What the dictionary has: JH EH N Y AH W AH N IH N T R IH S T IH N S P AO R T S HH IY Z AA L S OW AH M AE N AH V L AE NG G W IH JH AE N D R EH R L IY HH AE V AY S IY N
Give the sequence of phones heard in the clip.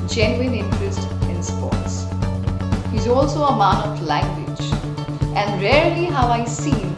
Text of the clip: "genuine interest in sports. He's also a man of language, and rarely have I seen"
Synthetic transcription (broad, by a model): JH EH N Y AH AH N IH N T R IH S T IH N S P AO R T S HH IY Z AA L S OW AH M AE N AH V L AE NG G W IH JH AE N D R EH R L IY HH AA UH AY S IY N